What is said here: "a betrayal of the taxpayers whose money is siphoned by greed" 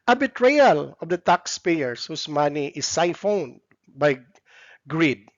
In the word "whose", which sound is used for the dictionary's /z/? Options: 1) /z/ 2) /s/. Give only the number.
2